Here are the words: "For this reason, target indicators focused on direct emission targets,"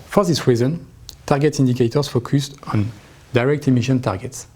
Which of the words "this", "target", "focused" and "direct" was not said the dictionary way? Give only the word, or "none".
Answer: none